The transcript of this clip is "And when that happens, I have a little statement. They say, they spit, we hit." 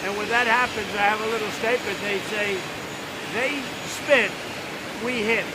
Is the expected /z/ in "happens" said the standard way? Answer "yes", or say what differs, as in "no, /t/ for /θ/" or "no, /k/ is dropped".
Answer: yes